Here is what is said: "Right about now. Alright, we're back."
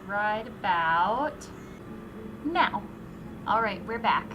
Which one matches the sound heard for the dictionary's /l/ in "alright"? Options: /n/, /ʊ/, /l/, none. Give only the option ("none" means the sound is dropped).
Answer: /l/